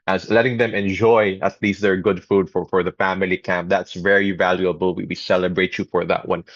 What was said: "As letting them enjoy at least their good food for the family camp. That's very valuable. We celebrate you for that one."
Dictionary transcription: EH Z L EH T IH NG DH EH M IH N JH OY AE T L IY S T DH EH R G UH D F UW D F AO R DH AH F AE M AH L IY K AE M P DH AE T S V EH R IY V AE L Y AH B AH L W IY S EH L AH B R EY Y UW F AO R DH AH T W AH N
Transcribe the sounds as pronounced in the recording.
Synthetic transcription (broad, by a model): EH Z L EH T IH NG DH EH M IH N JH OY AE T L IY S T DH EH R G UH D F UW D F AO R DH AH F AE M AH L IY K AE M P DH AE T S V EH R IY V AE L Y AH B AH L W IY S EH L AH B R EY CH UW F AO R DH AH T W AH N